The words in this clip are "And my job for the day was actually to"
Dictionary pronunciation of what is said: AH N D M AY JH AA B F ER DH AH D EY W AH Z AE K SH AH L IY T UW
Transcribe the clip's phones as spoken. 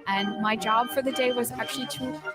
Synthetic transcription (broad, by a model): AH N M AY JH AA B F ER DH AH D EY W AH Z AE K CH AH L IY T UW